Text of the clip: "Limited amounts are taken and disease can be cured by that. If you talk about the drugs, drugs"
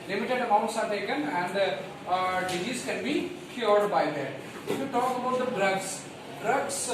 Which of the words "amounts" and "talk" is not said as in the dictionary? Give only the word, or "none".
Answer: none